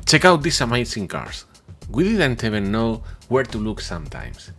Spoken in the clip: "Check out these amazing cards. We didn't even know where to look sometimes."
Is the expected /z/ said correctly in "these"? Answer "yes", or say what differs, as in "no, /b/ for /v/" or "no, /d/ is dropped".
no, /s/ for /z/